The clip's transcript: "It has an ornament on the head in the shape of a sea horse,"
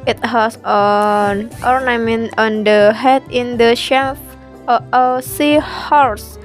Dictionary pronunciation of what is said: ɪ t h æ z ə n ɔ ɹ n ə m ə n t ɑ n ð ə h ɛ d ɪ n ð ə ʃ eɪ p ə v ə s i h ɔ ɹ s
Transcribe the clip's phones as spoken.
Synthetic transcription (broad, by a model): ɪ t h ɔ s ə n ɔ ɹ n ə m ə n t ɑ n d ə h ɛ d ɪ n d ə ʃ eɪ f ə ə s i h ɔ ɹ s